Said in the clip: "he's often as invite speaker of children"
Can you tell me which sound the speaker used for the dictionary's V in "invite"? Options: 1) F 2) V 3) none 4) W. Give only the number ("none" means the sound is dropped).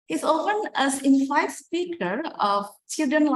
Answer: 1